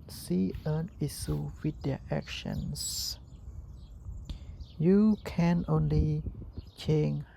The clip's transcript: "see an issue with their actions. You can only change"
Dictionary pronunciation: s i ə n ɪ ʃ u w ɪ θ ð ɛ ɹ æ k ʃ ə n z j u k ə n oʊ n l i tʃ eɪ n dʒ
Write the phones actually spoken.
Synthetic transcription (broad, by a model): s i ə n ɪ s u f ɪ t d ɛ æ k ʃ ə n s j u k ə n oʊ n l i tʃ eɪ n